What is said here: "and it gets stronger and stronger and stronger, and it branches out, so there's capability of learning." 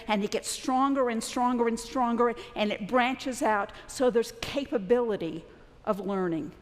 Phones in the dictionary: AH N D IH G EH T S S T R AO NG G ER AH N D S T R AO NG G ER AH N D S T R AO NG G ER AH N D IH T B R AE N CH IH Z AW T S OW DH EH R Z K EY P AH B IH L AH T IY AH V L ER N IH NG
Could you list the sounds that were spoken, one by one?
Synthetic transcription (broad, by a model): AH N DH IH G EH T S S T R AO NG G ER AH N S T R AO NG G ER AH N S T R AO NG G ER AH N IH T B R AE N CH IH Z AW T S OW DH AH R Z K EY P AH B IH L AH T IY AH V L ER N IH NG